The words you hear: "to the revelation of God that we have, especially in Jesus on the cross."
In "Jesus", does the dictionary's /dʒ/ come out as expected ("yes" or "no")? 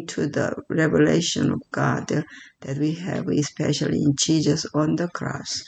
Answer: no